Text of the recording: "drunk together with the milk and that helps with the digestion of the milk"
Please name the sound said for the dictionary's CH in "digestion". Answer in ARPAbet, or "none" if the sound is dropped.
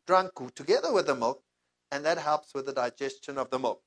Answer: CH